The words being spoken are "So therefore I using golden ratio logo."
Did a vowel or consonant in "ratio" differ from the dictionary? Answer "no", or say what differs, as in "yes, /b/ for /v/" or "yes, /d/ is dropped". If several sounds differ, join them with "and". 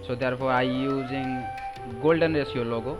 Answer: yes, /s/ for /ʃ/